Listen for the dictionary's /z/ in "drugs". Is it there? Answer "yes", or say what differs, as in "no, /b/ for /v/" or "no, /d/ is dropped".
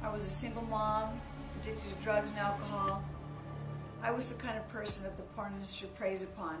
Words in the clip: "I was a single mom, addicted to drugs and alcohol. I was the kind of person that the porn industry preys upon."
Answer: yes